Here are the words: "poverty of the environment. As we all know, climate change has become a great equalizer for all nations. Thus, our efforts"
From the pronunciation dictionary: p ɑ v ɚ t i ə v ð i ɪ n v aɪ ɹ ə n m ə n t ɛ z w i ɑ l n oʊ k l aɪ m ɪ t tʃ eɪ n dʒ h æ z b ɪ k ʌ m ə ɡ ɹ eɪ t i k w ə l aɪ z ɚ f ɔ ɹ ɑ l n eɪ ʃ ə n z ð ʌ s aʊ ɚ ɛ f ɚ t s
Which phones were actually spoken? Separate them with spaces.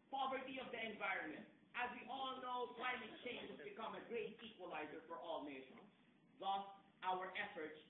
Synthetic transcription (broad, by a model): p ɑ v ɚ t i ə v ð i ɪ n v aɪ ɹ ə n m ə n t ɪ z w i ɑ l n oʊ k l aɪ m ɪ t tʃ eɪ n dʒ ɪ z b ɪ k ʌ m ə ɡ ɹ eɪ t i k w ə l aɪ z ɚ f ɔ ɹ ɑ l n eɪ ʃ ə n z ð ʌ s aʊ ɚ ɛ f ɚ t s